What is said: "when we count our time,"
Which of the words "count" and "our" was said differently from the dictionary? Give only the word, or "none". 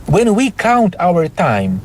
none